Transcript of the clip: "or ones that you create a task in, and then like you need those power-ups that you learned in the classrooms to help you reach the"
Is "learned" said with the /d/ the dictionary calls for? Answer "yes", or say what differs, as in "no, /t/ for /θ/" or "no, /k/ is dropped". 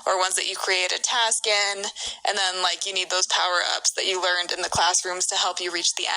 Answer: yes